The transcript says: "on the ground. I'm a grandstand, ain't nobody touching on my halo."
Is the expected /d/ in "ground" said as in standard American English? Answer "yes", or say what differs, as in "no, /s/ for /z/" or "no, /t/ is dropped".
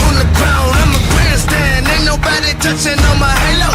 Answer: no, /d/ is dropped